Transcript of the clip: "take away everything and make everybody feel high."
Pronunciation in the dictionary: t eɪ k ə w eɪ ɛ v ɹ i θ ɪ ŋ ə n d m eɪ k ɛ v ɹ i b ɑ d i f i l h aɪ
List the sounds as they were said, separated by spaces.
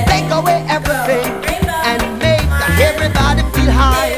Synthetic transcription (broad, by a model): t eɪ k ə w eɪ ɛ v ɹ i θ ɪ ŋ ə n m eɪ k ɛ v ɹ i b ɑ d i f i h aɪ